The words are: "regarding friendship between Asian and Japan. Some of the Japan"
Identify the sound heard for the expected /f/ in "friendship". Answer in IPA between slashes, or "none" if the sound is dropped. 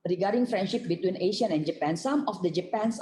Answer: /f/